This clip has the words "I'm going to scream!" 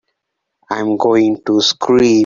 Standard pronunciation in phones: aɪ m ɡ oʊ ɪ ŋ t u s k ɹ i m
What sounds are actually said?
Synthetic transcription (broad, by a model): aɪ m ɡ oʊ ɪ ŋ t u s k ɹ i